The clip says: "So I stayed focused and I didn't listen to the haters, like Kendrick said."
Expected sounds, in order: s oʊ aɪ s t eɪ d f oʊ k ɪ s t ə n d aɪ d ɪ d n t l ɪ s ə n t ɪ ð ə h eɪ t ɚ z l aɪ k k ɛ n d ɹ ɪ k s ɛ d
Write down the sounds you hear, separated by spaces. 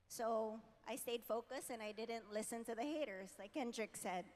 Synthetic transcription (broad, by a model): s oʊ aɪ s t eɪ d f oʊ k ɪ s ə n aɪ d ɪ d n t l ɪ s ə n t ɪ ð ə h eɪ t ɚ z l aɪ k k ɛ n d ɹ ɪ k s ɛ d